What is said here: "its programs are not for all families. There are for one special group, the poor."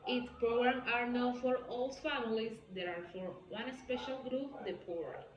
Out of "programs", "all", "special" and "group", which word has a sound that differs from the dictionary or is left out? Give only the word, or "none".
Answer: programs